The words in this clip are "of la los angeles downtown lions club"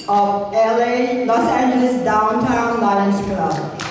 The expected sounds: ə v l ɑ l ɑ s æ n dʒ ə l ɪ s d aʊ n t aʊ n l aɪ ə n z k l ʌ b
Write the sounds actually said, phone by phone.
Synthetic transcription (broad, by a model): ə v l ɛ l ɑ s æ n dʒ ə l ɪ s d aʊ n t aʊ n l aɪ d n s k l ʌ